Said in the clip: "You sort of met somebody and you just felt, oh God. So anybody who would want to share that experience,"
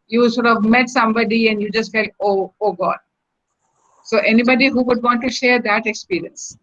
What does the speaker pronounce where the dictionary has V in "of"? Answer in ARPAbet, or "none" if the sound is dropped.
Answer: V